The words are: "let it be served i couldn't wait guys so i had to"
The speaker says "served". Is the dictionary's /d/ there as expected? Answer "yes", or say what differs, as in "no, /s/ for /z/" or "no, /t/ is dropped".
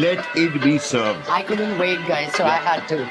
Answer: no, /d/ is dropped